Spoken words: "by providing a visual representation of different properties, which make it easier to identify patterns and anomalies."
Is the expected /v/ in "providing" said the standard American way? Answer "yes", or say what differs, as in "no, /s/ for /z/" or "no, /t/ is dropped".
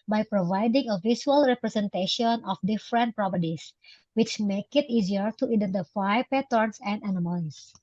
yes